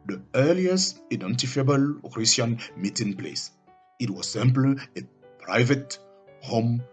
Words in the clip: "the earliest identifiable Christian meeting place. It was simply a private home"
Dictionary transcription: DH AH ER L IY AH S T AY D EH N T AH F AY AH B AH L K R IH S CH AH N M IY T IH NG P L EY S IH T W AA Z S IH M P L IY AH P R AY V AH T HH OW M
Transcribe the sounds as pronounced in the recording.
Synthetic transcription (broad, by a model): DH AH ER L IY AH S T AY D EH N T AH F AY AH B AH L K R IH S AH N M IY T IH NG P L EY S IH T W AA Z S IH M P L AH P R AY V AH T HH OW M